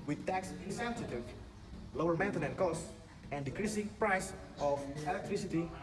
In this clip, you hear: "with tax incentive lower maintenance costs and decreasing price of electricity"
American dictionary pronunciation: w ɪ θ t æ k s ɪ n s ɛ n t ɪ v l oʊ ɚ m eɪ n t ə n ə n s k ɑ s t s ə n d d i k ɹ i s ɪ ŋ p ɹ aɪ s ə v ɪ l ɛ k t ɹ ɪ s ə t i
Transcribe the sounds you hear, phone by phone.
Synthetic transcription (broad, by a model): w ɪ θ t æ k s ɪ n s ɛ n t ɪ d l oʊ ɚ m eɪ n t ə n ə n k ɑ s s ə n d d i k ɹ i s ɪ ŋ p ɹ aɪ s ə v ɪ l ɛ k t ɹ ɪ s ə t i